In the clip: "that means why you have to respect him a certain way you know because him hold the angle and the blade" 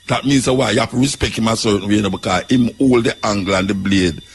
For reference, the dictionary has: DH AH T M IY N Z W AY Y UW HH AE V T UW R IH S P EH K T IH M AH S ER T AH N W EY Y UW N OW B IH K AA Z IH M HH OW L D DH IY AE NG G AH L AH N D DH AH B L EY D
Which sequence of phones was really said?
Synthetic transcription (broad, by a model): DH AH T M IY N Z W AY Y UW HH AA F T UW R IH S P EH K T IH M AH S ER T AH N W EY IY N OW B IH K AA IH M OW L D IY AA NG G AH L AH N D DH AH B L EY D